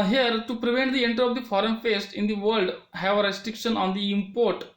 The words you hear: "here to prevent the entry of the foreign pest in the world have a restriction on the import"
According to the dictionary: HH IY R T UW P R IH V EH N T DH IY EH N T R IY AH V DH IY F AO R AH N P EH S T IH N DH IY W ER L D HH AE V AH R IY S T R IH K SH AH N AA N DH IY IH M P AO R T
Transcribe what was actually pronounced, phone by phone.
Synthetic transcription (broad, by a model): HH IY R T UW P R IH V EH N T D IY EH N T R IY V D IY F AO R AH N F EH S T IH N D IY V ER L D HH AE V AH R IY S T R IH K SH AH N AA N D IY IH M P AO R T